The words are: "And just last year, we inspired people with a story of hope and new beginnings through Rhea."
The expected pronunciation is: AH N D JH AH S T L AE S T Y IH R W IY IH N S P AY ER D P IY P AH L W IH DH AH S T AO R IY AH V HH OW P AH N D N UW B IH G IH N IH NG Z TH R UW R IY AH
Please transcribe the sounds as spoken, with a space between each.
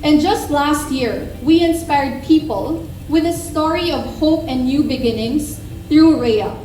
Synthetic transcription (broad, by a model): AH N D JH AH S T L AE S T Y IH R W IY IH N S P AY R D P IY P AH L W IH DH AH S T AO R IY AH V HH OW P AH N D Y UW B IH G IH N IH NG S TH R UW R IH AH